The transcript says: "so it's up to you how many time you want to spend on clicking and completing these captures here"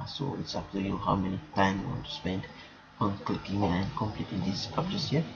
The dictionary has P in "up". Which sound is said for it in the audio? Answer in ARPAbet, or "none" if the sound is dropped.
F